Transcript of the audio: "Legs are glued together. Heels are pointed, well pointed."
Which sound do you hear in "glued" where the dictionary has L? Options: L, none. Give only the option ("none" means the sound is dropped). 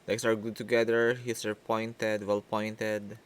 none